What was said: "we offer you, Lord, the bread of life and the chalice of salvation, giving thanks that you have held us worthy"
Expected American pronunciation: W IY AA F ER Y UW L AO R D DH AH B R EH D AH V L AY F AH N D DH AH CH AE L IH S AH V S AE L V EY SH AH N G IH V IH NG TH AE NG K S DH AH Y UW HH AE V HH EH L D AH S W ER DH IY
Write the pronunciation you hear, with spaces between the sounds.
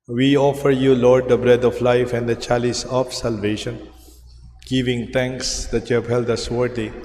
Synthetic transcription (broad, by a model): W IY AA F ER Y UW L AO R D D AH B R EH D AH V L AY F AH N D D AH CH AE L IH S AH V S AE L V EY SH AH N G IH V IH NG T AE NG K S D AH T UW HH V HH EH L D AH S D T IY